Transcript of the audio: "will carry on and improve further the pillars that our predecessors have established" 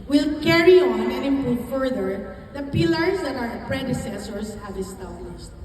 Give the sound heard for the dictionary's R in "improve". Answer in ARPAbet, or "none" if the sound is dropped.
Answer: none